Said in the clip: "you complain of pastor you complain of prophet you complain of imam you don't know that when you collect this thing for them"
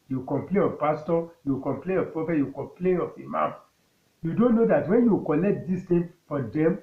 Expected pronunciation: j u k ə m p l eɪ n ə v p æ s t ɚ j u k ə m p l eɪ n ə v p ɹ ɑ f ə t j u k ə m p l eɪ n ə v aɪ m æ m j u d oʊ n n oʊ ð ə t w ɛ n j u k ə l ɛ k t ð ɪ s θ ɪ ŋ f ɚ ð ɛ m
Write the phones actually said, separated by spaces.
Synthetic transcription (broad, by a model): j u k ə m p l eɪ n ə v p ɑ s t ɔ j u k ə m p l eɪ n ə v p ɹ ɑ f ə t j u k ə m p l eɪ n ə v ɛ m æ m j u d oʊ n n oʊ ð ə t w ɛ n j u k ə l ɛ k t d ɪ s t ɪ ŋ f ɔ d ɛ m